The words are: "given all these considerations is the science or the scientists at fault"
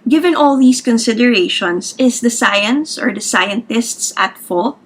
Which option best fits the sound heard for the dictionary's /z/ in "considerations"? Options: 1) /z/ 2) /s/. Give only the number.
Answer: 2